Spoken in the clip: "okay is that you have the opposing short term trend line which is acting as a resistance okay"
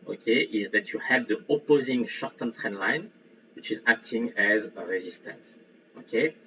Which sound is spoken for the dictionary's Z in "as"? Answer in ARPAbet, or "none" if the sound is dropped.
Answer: Z